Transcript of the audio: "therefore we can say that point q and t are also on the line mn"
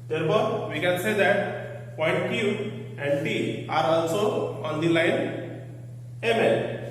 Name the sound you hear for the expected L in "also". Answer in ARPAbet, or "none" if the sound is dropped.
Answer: N